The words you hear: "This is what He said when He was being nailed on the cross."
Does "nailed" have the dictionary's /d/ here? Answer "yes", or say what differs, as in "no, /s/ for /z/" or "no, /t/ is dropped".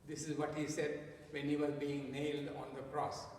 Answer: yes